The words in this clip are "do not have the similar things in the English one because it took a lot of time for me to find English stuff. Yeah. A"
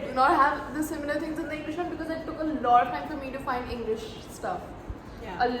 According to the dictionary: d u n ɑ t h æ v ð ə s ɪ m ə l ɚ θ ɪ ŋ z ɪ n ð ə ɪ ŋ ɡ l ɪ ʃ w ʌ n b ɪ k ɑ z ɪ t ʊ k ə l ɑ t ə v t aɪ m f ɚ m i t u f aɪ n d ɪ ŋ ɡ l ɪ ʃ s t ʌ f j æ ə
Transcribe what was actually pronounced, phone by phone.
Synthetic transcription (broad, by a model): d n ɑ t h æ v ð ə s ɪ m ə l ɚ t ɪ ŋ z ɪ n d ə ɪ ŋ ɡ l ɪ ʃ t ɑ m b ɪ k ɑ z ɪ t ʊ k ə l ɑ t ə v t aɪ m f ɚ m i t u f aɪ n d ɪ ŋ ɡ l ɪ ʃ s t ʌ f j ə